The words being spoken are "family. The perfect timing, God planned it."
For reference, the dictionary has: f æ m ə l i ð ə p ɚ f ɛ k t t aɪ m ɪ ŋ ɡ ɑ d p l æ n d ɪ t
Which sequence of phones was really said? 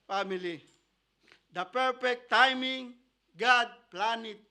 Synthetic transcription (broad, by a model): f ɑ m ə l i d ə p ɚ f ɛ k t t aɪ m ɪ ŋ ɡ ɑ d p l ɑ n ɪ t